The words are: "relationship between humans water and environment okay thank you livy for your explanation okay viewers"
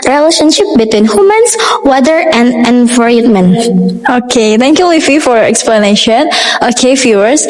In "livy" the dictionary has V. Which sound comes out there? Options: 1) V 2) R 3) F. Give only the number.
3